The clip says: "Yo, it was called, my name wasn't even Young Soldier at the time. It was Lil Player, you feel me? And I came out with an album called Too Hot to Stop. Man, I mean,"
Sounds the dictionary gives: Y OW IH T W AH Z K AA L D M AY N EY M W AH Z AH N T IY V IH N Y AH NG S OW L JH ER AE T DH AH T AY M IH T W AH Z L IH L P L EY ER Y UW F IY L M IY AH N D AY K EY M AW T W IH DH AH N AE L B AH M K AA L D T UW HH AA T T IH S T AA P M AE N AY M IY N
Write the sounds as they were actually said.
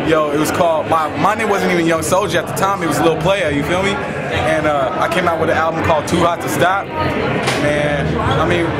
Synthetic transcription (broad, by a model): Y OW IH T W AH Z K AA L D M AY N EY M W AH Z AH N T IY V IH N Y AH NG S OW L JH ER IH T DH AH T AY M IH T W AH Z L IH L P L EY ER Y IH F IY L M IY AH N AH AY K EY M AW T W IH DH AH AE L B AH M K AA L D T UW HH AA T T IH S T AA P M AE N AY M IY N